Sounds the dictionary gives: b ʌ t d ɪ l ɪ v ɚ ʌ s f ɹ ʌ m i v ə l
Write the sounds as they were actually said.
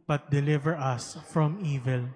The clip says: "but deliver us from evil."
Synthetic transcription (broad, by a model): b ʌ t d ɪ l ɪ v ɚ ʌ s f ɹ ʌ m i v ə l